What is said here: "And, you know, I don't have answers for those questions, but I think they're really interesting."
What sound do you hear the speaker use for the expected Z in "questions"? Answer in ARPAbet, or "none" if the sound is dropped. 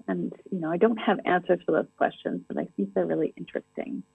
Z